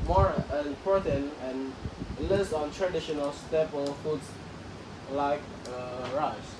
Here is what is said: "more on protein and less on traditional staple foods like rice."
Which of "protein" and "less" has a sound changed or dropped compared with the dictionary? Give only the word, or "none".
protein